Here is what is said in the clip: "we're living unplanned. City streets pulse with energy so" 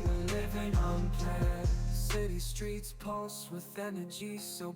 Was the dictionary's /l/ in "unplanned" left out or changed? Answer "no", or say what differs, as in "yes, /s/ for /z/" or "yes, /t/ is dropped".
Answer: yes, /l/ is dropped